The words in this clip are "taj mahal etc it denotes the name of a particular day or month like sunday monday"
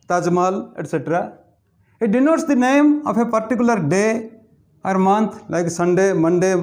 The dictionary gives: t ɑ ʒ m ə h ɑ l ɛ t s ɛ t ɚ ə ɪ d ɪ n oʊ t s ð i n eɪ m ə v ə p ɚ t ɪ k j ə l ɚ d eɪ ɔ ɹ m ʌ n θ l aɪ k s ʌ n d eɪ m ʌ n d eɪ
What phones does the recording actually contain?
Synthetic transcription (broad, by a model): t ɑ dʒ m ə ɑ l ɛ t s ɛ t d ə ɪ d ɪ n oʊ t s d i n eɪ m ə p ə p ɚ t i k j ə l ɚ d eɪ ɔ ɹ m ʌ n t l aɪ k s ʌ n d eɪ m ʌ n d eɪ